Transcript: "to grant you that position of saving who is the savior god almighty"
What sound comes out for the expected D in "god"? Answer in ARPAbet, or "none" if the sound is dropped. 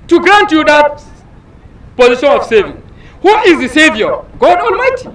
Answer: D